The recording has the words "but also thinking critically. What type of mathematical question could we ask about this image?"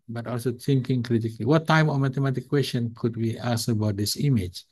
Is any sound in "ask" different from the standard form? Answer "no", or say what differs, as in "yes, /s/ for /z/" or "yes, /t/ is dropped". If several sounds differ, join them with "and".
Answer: yes, /k/ is dropped